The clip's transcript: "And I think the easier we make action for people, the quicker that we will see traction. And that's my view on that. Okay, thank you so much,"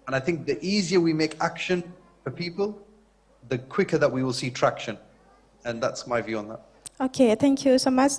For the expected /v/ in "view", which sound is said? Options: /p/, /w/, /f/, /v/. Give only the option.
/v/